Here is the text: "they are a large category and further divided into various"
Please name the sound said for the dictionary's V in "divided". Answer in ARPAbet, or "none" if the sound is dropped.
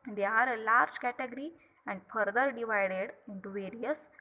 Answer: V